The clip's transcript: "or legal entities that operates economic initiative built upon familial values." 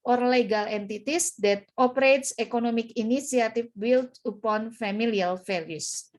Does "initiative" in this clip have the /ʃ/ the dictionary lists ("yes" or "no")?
no